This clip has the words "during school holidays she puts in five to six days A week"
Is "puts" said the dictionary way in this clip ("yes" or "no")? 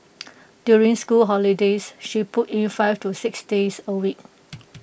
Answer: no